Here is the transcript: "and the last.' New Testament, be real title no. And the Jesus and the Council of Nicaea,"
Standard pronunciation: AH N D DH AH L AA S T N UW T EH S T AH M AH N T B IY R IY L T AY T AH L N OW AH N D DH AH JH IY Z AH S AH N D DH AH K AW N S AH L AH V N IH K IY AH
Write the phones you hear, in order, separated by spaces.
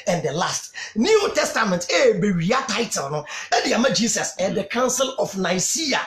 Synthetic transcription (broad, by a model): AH N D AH L AA S T N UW T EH S T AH M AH N T B IY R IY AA T AY T AH L N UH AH D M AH JH IY S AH S AH N D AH K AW N S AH L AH F N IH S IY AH